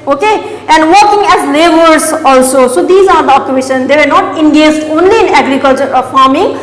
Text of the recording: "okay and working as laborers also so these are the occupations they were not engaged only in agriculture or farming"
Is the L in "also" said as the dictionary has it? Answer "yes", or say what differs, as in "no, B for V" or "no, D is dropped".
yes